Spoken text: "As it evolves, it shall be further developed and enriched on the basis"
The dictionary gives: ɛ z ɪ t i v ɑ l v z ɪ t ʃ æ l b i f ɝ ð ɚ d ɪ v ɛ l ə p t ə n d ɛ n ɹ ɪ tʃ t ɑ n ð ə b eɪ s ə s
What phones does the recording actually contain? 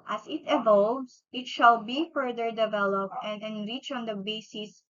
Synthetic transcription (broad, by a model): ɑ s ɪ t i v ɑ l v s ɪ t ʃ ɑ l b i f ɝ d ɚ d ɪ v ɛ l ə p t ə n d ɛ n ɹ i tʃ ɑ n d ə b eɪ s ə s